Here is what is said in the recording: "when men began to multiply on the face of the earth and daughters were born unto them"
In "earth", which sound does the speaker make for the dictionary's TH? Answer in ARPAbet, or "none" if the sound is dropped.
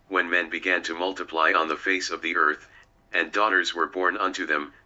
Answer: TH